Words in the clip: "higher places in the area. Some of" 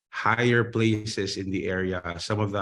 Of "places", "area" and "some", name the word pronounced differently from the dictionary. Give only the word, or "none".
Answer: places